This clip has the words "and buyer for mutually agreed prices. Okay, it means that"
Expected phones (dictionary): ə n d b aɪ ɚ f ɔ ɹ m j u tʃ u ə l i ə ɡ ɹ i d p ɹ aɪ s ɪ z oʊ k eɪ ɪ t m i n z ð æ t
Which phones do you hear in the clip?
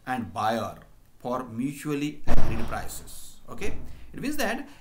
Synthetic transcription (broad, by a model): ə n d b aɪ ɚ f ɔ ɹ m j u tʃ u ə l i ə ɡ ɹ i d p ɹ aɪ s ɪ s oʊ k eɪ ɪ t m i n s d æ t